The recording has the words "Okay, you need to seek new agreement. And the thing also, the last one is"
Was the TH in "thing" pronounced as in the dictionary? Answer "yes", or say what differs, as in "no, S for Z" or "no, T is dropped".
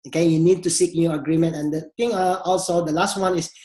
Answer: no, T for TH